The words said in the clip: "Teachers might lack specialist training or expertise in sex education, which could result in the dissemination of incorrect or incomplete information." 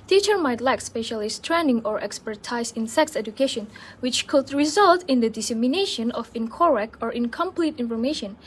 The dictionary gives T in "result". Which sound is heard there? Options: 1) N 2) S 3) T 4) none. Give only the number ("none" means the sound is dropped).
3